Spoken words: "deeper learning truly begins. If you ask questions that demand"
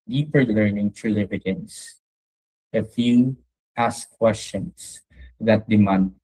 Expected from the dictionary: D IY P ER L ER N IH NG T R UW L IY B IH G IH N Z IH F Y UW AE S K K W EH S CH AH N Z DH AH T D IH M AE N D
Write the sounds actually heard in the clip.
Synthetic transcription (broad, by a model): D IY P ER L ER N IH NG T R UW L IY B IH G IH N S IH F Y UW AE S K K W EH S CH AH N S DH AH T D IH M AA N D